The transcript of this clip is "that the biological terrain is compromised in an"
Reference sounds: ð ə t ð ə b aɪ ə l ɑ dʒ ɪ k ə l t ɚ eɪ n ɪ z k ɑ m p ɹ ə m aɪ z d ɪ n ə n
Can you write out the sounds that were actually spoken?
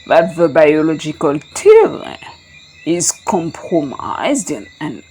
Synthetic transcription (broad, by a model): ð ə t ð ə b aɪ ə l ɑ dʒ ɪ k ə l t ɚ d l ɪ z k ɑ m p ɹ ə m aɪ z d ɪ n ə n